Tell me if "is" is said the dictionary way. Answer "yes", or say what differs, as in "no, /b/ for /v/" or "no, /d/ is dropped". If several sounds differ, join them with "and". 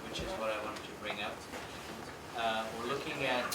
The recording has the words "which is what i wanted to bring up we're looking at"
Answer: yes